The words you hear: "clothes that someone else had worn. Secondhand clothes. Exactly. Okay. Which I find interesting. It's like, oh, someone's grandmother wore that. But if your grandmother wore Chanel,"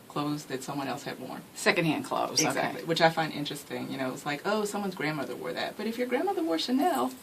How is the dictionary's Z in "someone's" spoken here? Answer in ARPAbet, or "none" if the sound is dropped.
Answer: Z